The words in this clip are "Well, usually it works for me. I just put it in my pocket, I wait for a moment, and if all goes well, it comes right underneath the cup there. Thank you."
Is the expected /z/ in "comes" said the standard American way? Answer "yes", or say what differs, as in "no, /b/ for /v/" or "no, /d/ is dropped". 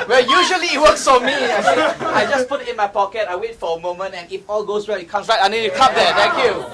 no, /s/ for /z/